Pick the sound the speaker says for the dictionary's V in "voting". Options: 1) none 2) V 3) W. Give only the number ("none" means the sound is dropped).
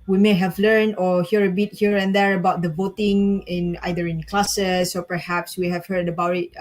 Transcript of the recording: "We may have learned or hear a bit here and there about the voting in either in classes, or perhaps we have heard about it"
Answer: 2